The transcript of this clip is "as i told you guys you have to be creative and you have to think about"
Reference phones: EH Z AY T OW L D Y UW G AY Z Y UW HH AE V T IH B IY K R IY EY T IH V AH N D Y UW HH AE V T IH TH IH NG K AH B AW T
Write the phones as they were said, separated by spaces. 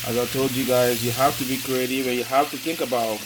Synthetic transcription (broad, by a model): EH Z AY T OW L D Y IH G AY Z Y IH HH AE F T IH B IY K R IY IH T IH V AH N Y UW HH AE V T IH TH IH NG K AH B AW T